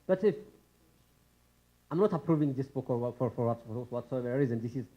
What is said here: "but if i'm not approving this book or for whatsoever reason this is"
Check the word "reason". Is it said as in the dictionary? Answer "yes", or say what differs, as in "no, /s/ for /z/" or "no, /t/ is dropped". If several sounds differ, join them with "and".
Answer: yes